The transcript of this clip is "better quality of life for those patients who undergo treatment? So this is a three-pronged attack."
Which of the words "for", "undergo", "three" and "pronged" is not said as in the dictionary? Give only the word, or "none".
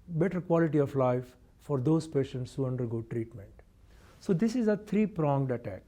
three